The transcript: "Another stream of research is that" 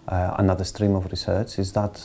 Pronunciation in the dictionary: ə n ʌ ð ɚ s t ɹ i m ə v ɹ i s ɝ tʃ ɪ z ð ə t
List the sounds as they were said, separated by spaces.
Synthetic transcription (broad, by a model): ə n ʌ ð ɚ s t ɹ i m ə v ɹ i s ɝ tʃ ɪ z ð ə t